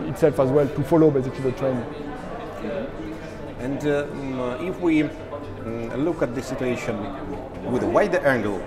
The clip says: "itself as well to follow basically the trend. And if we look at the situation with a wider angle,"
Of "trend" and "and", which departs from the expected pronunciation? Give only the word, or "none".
trend